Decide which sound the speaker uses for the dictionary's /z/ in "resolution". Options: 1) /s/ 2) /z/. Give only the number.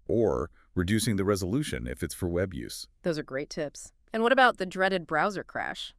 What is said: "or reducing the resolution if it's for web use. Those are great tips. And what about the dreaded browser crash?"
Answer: 2